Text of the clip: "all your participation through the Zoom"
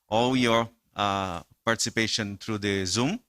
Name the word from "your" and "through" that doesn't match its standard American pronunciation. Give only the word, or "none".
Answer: through